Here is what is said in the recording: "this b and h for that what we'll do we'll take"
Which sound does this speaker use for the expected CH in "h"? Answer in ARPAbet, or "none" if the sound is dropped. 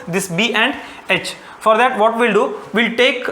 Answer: CH